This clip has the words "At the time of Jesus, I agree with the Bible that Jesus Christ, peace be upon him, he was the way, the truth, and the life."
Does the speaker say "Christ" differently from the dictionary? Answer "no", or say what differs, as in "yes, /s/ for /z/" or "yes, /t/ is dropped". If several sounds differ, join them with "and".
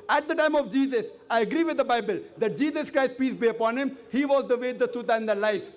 no